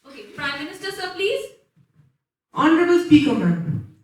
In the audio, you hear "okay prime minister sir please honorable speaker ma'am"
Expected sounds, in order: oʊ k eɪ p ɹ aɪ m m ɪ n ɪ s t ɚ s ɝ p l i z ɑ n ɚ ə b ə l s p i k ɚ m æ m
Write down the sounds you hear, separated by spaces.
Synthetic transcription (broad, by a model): oʊ k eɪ p ɹ aɪ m m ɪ n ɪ s t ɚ s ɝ p l i z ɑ n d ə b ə l s p i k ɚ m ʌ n